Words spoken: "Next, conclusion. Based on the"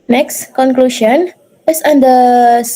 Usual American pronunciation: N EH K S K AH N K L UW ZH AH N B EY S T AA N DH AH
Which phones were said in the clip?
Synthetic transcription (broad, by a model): N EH K S K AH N K L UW SH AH N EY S AA N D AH